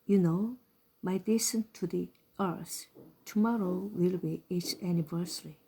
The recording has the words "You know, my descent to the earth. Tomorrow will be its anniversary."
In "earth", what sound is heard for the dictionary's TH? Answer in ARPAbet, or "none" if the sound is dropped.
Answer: S